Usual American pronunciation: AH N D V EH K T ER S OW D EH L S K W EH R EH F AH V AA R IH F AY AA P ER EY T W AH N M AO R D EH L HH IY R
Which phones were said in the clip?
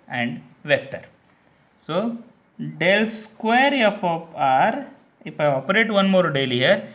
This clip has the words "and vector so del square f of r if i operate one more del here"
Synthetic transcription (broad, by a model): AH N D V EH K T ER S OW D EH L S K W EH R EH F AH P AA R IH F AY AA P ER EY T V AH N M AO R D EH L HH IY R